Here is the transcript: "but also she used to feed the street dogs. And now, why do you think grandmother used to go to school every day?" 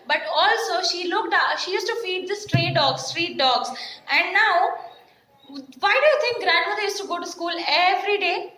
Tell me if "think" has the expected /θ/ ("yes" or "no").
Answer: no